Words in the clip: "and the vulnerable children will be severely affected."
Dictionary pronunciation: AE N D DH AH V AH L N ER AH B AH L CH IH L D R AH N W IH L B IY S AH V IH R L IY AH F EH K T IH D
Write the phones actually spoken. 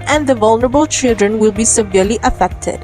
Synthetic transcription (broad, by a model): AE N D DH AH V AH L N ER AH B AH L CH IH L D R AH N W IH L B IY S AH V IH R L IY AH F EH K T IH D